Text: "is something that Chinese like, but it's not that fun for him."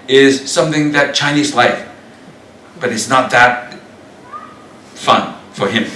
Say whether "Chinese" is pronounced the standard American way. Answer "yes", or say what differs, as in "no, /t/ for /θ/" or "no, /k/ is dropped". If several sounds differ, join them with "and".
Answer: yes